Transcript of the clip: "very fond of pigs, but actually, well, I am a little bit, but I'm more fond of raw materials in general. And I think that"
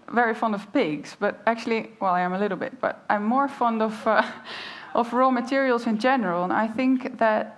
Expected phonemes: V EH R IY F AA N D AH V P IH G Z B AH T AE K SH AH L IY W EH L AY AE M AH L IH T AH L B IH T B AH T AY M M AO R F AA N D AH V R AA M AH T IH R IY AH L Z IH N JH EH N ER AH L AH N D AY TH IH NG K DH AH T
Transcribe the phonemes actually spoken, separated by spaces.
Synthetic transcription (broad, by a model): V EH R IY F AA N D AH V P IH G Z B AH T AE K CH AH L IY W EH L AY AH M AH L IH T L B IH T B AH T AY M M AO R F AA N D AH V R AA M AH T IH R IY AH L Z IH N JH EH N ER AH L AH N AY TH IH NG K DH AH T